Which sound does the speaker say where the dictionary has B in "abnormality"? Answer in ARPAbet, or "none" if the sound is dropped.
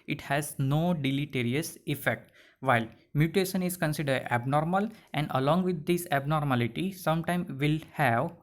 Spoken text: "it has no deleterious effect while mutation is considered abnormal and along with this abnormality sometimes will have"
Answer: B